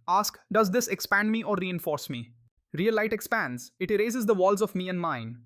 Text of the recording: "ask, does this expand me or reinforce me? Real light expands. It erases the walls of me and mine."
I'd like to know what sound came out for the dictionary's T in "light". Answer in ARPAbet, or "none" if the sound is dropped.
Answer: T